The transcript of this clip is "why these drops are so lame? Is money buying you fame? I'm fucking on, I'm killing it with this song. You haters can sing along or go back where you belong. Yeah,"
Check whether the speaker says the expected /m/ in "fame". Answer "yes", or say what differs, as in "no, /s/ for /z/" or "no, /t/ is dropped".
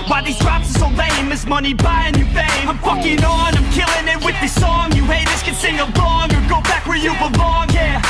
no, /m/ is dropped